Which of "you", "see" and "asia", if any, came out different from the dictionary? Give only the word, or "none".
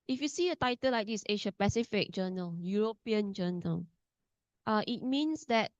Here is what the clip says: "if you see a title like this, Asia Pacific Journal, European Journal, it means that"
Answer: asia